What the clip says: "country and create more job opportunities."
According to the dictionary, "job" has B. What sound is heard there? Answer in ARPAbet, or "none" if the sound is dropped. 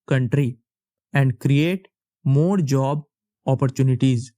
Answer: B